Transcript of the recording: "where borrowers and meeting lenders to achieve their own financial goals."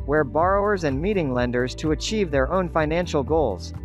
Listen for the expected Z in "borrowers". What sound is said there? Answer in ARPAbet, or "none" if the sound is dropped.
Z